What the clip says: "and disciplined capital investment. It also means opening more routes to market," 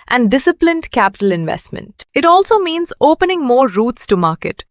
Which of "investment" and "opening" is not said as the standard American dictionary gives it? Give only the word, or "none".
none